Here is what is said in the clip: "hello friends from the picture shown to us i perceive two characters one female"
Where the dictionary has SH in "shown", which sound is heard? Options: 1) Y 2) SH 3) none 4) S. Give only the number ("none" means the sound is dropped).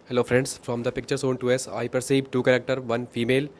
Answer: 4